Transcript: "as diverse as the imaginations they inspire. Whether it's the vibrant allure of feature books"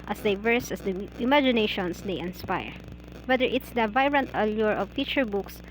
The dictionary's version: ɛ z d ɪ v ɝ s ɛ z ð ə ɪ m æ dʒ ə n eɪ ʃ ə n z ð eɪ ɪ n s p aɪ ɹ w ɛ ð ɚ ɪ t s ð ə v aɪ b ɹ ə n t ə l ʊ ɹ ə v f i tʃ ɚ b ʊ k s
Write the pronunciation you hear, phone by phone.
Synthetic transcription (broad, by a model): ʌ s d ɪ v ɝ s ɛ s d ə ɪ m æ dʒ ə n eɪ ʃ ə n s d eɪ ɪ n s p aɪ ɹ w ɛ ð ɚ ɪ t s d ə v aɪ ɹ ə n t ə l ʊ ɹ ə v f i tʃ ɚ b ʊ k s